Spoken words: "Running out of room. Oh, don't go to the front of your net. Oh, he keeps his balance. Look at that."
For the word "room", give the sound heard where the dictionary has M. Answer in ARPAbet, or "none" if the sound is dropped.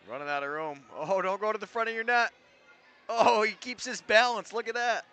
M